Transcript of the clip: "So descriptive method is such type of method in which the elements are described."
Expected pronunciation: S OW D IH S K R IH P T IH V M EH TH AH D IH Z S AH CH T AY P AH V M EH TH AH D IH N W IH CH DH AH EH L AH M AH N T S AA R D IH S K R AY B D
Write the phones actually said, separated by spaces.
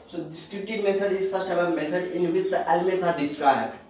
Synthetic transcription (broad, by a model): S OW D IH S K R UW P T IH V M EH T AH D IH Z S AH S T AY B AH M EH T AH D IH N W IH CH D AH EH L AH M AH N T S AA R D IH S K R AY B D